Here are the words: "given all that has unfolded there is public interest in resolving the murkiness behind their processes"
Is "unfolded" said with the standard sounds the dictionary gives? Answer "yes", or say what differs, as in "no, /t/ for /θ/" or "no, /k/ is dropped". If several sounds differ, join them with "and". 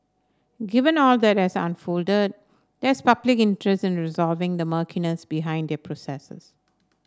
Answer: yes